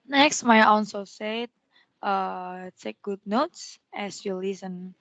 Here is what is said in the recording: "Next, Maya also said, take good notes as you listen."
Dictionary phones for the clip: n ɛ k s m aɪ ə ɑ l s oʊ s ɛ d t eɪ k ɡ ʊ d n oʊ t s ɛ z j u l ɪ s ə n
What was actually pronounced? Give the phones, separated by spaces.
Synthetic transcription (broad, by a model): n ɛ k s m aɪ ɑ n s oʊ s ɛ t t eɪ k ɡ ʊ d n oʊ t s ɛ s j u l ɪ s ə n